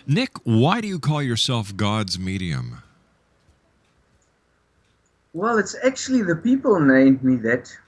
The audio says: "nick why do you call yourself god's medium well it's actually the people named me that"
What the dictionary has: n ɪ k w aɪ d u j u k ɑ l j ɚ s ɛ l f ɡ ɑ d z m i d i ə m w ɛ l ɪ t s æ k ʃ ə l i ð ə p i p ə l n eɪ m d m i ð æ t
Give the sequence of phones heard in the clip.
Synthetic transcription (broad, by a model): n ɪ k w aɪ d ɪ j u k ɑ l j ɚ s ɛ l f ɡ ɑ d z m i d i ə m w ɛ l ɪ t s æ k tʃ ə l i ð ə p i p ə l n eɪ m d m i ð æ t